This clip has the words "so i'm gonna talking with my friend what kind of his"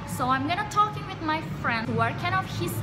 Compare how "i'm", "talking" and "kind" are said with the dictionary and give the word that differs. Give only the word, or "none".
kind